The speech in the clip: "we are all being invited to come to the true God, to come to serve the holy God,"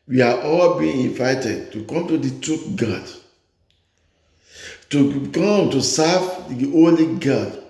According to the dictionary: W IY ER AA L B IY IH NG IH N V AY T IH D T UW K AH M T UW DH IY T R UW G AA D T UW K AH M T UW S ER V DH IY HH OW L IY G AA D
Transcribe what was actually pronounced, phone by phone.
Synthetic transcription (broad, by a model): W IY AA AA L B IY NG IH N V AY T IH D T UW K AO M T UW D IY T UW G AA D T UW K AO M T UW S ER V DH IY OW L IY G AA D